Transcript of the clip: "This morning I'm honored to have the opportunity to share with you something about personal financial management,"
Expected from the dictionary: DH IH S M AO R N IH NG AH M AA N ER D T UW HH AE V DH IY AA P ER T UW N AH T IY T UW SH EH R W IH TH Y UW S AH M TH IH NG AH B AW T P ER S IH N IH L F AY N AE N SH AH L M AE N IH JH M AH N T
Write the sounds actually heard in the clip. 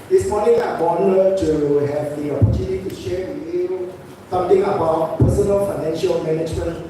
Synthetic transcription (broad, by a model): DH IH S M AO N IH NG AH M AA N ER T UW HH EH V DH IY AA P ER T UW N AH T IY T UW SH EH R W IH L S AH M T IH NG AH B AW T P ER S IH N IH L F AY N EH N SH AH L M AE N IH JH M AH N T